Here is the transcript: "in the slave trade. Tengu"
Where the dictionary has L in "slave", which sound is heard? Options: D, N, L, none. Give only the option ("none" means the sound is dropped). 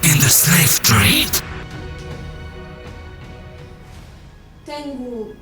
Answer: none